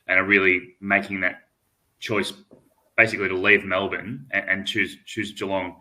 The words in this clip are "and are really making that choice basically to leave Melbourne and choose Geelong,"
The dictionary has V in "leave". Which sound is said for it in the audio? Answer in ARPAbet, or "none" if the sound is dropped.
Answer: V